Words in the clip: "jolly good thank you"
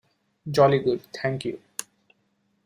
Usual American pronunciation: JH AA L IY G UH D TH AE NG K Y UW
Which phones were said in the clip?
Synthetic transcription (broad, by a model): JH AA L IY G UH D T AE NG K Y UW